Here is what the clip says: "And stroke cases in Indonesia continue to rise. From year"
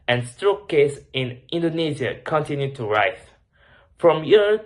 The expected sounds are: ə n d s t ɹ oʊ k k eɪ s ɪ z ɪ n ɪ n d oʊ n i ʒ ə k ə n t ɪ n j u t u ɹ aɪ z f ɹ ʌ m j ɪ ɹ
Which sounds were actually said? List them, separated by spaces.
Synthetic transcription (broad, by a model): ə n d s t ɹ oʊ k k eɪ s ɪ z ɪ n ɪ n d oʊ n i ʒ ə k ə n t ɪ n j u t u ɹ aɪ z f ɹ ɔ m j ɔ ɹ